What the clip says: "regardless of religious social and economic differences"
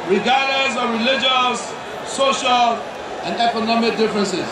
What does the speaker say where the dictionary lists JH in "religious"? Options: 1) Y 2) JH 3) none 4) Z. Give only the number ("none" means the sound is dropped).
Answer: 2